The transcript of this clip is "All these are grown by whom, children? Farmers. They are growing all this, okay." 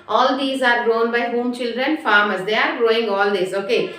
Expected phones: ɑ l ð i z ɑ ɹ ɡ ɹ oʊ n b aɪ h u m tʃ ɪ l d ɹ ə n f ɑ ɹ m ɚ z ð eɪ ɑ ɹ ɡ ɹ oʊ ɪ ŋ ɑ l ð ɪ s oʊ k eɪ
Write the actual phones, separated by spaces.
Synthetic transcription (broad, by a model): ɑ l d i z ɑ ɹ ɡ ɹ oʊ n b aɪ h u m tʃ ɪ l d ɹ ə n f ɑ ɹ m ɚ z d eɪ ɑ ɹ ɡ ɹ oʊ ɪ ŋ ɑ l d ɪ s oʊ k eɪ